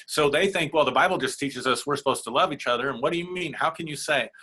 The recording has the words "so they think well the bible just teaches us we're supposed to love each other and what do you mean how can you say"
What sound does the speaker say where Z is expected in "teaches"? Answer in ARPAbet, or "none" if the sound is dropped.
Z